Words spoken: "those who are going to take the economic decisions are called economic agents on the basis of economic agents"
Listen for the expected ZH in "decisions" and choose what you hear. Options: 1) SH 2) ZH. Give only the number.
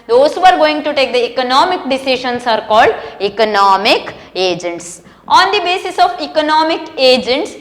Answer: 1